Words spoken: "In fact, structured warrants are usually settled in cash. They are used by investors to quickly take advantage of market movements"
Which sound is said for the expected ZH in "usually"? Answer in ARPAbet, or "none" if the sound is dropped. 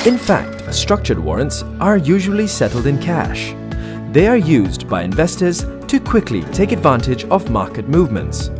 ZH